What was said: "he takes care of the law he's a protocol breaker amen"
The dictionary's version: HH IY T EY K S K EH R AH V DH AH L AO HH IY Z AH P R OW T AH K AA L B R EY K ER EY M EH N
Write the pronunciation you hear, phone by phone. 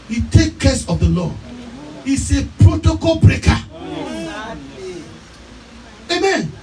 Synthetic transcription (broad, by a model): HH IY T EY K K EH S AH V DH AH L AO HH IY S AH P R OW T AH K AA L B R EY K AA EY M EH N